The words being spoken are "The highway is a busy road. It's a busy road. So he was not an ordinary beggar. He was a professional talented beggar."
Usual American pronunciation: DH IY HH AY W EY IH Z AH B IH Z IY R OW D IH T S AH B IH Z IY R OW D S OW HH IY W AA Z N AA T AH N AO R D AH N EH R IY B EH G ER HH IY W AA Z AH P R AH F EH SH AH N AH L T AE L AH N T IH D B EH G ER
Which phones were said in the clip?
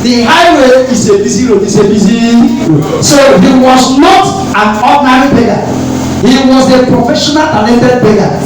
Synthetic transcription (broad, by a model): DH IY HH AY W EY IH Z AH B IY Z IY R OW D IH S AH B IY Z IY S OW HH IY W AA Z N AA T AH N AO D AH N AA R IY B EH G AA HH IY W AA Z AH P R AH F EH SH AH N AH L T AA N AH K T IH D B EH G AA